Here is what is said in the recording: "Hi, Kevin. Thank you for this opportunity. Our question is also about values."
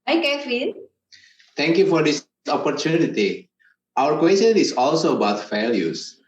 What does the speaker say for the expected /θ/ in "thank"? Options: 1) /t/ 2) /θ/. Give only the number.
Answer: 1